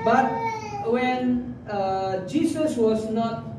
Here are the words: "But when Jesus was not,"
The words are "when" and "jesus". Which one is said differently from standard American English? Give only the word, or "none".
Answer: jesus